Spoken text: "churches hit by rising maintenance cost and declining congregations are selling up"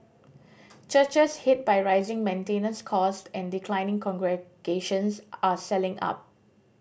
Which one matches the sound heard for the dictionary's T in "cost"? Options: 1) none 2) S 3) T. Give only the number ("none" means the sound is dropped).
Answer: 3